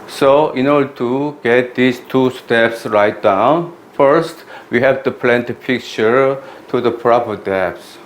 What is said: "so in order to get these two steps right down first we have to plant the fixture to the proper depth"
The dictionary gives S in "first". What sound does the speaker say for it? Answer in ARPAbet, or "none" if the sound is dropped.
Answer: S